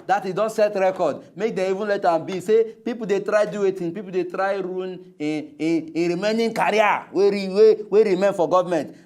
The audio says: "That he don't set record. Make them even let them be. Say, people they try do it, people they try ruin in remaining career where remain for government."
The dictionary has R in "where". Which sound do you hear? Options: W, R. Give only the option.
W